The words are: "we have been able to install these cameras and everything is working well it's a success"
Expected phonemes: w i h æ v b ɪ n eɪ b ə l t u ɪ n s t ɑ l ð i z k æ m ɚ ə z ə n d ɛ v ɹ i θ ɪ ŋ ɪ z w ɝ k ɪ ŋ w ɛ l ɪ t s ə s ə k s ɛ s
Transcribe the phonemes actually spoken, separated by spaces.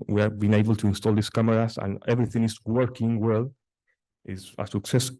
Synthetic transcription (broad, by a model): w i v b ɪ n eɪ b ə l t u ɪ n s t ɑ l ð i s k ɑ m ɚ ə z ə n ɛ v ɹ i θ ɪ ŋ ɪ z w ɝ k ɪ ŋ w ɛ l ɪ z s ə s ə k s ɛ s